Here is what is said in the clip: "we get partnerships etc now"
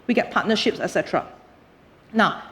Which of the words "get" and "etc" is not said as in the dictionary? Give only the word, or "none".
none